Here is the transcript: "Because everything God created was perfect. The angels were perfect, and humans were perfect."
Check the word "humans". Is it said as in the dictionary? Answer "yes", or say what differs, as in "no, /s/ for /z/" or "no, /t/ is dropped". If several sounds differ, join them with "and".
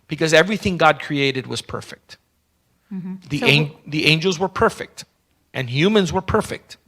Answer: yes